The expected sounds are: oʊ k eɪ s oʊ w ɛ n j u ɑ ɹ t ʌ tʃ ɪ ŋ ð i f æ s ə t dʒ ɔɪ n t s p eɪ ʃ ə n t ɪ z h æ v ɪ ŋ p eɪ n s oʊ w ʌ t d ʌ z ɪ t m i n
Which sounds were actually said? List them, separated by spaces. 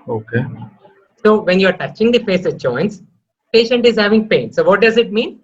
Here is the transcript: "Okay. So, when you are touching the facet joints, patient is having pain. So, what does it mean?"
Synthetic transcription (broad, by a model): oʊ k eɪ s oʊ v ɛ n j u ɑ ɹ t ʌ tʃ ɪ ŋ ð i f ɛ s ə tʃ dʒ ɔɪ n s p eɪ ʃ ə n t ɪ z h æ v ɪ ŋ p eɪ n s oʊ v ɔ t d ʌ z ɪ t m i n